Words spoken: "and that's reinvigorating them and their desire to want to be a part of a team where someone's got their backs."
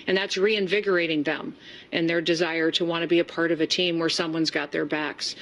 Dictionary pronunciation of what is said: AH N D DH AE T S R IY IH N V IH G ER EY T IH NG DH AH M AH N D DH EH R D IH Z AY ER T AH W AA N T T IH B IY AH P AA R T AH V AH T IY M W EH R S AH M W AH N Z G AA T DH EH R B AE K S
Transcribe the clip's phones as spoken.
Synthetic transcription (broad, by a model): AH N DH AE T S R IY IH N V IH G ER EY T IH NG DH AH M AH N DH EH R D IH Z AY ER T AH W AA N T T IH B IY AH P AA R T AH V AH T IY M W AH R S AH M W AH N Z G AA T DH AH R B AE K S